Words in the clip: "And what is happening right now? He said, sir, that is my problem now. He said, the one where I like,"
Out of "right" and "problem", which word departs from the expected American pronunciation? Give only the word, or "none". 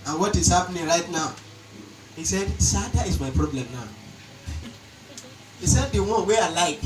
none